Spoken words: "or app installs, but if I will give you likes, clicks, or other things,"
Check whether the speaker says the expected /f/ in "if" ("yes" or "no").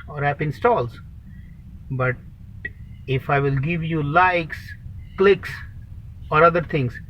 yes